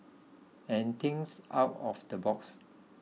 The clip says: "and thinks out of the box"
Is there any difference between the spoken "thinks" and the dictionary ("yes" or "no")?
yes